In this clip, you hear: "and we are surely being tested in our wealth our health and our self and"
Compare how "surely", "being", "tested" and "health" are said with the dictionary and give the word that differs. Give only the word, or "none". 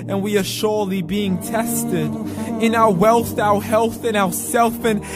none